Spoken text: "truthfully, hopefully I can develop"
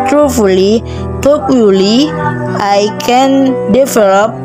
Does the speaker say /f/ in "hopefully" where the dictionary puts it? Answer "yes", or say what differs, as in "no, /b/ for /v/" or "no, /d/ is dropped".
no, /f/ is dropped